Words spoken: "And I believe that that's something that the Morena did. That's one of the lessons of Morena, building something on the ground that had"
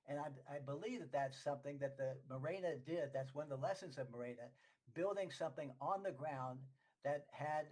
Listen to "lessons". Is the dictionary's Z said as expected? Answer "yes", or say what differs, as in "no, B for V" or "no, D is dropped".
yes